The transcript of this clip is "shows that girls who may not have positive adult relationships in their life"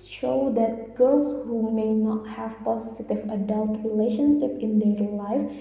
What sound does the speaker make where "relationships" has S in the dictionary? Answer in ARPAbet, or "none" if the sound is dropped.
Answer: none